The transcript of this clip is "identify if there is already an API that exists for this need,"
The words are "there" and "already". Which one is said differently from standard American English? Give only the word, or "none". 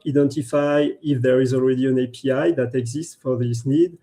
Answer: none